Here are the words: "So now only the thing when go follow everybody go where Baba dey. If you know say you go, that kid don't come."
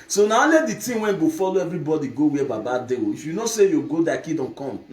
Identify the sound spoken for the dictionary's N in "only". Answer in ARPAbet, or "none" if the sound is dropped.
none